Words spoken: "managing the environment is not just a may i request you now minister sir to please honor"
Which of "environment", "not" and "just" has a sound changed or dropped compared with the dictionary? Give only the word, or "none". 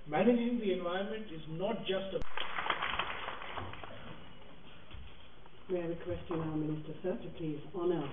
environment